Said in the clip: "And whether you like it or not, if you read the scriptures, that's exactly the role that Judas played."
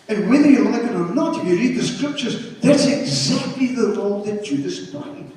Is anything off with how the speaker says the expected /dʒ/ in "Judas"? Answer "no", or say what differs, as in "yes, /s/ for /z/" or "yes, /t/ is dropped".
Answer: yes, /tʃ/ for /dʒ/